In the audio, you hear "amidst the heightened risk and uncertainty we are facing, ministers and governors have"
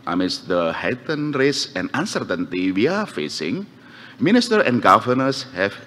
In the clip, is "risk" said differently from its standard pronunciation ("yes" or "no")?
yes